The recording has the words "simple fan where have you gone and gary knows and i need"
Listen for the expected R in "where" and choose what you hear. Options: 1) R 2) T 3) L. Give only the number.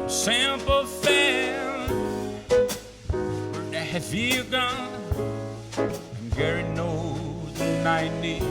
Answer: 3